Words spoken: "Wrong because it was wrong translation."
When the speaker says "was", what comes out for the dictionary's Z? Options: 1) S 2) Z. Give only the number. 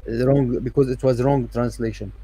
2